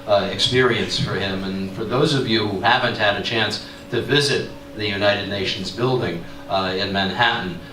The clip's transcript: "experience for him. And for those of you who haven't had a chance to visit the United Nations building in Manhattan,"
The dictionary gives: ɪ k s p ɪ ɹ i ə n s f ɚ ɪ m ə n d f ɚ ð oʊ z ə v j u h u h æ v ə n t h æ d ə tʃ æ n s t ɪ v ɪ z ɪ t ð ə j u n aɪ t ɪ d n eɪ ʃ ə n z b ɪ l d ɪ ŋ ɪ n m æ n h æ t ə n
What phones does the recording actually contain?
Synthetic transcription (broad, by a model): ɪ k s p ɪ ɹ i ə n s f ɚ ɪ m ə n f ɚ ð oʊ z ə v j u h u h æ v ə n t h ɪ d ə tʃ æ n s t ɪ v ɪ z ɪ t ð ə j u n aɪ t ɪ d n eɪ ʃ n z b ɪ l d ɪ ŋ ɪ n m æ n h æ t n